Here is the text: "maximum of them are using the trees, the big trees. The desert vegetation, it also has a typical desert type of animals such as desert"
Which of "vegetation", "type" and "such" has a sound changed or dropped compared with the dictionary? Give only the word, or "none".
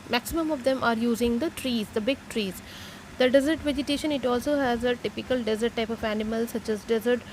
none